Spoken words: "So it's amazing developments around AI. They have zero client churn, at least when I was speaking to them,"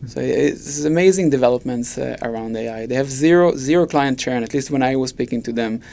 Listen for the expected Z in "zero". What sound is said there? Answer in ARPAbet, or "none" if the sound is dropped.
Z